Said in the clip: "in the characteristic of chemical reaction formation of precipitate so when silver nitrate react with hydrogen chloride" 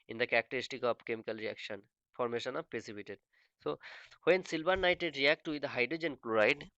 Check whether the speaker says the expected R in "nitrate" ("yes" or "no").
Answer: no